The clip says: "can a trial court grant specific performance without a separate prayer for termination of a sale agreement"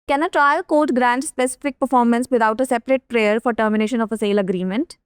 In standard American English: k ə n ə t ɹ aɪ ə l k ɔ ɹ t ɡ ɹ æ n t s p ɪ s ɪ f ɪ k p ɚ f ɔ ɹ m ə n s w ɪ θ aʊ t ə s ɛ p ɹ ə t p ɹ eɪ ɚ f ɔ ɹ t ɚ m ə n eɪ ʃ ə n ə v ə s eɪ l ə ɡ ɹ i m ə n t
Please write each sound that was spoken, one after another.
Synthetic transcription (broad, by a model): k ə n ə t ɹ aɪ ə l k ɔ ɹ t ɡ ɹ æ n t s p ɪ s ɪ f ɪ k p ɚ f ɔ ɹ m ə n s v ɪ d aʊ t ə s ɛ p ɹ ə t p ɹ eɪ ɚ f ɔ ɹ t ɚ m ə n eɪ ʃ ə n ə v ə s eɪ l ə ɡ ɹ i m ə n t